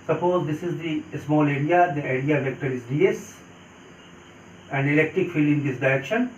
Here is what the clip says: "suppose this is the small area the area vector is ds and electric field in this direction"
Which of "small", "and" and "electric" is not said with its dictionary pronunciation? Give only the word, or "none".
none